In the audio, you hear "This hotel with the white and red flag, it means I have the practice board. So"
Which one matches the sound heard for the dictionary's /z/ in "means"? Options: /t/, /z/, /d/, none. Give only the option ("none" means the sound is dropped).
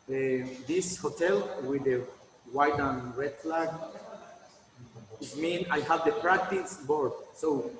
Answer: none